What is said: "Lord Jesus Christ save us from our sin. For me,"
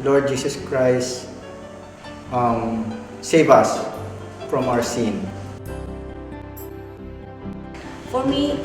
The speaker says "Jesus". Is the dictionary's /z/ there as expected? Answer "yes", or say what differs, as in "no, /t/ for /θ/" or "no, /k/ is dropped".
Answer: no, /s/ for /z/